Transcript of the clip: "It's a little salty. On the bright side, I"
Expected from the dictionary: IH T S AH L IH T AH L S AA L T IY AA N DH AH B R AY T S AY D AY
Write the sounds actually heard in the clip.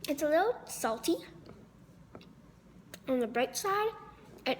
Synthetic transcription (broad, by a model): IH T S AH L IH T L S AA L T IY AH N DH AH B R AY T S AY D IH